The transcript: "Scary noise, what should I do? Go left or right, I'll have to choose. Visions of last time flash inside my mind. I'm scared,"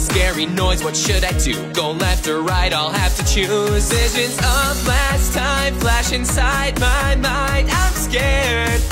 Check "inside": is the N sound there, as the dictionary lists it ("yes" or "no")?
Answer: yes